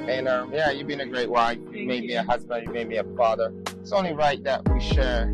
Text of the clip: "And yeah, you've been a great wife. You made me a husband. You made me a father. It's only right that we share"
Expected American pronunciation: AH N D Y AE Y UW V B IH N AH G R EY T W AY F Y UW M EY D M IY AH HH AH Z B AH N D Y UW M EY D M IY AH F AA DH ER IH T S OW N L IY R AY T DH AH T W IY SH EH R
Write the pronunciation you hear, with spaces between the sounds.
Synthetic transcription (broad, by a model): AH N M Y AE Y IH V B IH N AH G R EY T W AY F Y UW M EY D M IY AH HH AH Z B AH N D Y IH M EY D M IY AH F AA DH ER IH T S OW N L IY R AY T DH AH T W IY SH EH R